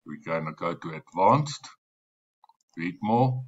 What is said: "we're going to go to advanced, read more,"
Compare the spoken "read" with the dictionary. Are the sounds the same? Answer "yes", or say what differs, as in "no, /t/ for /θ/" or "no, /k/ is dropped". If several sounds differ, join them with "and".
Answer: no, /w/ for /ɹ/